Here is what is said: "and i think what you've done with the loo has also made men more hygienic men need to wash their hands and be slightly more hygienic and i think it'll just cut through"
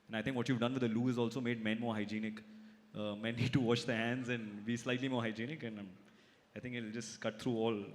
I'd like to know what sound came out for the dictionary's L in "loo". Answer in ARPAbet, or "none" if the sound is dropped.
L